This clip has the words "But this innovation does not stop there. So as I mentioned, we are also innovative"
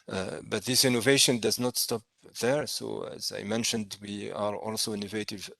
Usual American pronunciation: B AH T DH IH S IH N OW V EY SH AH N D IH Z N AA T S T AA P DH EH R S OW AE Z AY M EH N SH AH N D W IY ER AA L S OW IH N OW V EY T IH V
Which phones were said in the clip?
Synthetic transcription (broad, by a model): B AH T DH IH S IH N OW V EY SH AH N D IH Z N AA T S T AA P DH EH R S OW AE Z AY M EH N SH AH N D W IY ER AA L S OW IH N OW V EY T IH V